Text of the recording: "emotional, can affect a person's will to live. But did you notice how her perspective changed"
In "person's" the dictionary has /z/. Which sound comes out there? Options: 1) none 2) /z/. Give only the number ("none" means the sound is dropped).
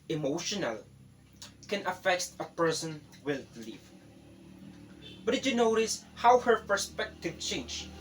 1